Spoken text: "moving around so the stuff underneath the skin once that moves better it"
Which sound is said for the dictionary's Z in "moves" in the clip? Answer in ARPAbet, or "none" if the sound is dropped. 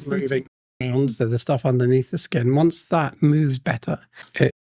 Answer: Z